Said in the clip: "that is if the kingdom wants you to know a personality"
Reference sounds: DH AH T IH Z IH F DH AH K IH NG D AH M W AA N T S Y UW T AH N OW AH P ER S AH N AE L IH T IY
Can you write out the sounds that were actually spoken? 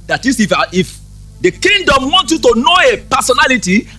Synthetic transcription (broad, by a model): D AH T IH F IH F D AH K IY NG D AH M W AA N T Y UW T AH N OW AH P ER S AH N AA L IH T IY